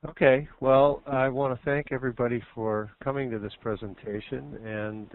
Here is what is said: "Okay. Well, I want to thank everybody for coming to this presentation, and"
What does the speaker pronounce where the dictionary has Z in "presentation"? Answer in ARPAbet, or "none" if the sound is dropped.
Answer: Z